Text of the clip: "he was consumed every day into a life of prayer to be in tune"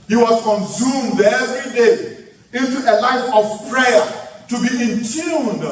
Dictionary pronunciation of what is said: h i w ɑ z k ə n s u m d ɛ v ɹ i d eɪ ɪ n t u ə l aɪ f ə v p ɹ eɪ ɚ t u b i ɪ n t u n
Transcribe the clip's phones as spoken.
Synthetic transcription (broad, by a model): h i w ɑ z k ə n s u m d ɛ v ɹ i d eɪ ɪ n t u ə l aɪ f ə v p ɹ eɪ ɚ t u b i ɪ n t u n